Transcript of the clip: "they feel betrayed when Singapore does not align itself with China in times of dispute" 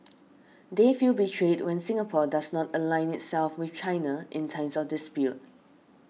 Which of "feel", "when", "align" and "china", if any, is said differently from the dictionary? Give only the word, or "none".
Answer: none